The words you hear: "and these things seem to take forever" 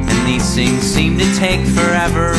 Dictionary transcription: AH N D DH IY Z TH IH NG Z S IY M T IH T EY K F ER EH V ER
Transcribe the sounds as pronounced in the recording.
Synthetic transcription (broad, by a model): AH N DH IY Z TH IH NG Z S IY M T IH T EY K F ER EH V ER